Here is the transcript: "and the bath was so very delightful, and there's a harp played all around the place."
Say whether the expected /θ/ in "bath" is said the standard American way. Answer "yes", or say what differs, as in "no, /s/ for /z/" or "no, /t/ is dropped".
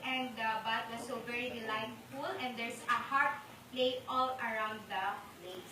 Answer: no, /t/ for /θ/